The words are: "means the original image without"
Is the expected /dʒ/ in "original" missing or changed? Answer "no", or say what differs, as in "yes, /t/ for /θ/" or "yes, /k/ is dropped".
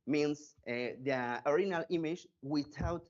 yes, /dʒ/ is dropped